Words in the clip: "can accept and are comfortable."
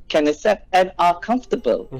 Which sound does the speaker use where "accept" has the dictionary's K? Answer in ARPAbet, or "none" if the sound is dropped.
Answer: none